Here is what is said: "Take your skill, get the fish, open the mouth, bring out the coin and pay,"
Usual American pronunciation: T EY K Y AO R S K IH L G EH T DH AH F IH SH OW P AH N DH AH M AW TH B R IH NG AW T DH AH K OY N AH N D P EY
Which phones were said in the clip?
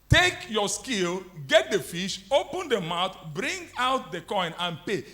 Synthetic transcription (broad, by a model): T EY K Y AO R S K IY L G EH T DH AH F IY SH OW P AH N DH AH M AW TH B R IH NG AW T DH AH K OY N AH N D P EY